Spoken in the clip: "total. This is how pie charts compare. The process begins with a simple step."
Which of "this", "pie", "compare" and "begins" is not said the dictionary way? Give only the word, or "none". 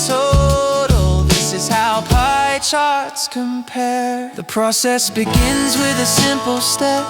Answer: none